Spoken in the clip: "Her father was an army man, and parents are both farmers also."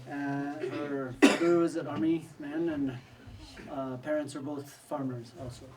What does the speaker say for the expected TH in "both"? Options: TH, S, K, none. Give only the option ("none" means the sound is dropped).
TH